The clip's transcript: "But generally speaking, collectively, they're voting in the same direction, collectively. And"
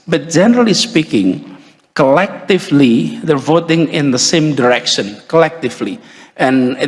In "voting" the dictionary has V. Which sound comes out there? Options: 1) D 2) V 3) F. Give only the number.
2